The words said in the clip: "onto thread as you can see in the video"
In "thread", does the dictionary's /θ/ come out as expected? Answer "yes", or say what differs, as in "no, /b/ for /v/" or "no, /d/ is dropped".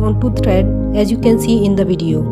no, /t/ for /θ/